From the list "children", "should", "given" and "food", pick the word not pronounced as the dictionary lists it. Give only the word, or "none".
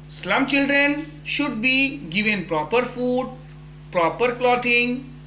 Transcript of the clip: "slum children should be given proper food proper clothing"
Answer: none